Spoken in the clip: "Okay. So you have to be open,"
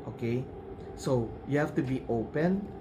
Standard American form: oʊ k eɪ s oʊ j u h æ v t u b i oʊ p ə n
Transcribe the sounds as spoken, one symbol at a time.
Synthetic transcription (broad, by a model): oʊ k eɪ s oʊ j u h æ f t u b i oʊ p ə n